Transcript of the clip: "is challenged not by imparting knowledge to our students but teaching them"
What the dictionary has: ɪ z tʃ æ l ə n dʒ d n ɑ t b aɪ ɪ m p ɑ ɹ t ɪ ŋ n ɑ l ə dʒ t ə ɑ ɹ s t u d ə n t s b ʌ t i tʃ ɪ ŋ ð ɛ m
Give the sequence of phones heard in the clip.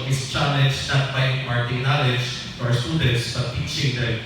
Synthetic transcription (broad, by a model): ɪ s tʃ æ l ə dʒ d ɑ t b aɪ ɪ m ɑ ɹ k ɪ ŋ n ɑ l ə dʒ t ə ɑ ɹ s t u d ə n t s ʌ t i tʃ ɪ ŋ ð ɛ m